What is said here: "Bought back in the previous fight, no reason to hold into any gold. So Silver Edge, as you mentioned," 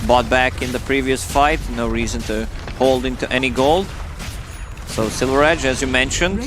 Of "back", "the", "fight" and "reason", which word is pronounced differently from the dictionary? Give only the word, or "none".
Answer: none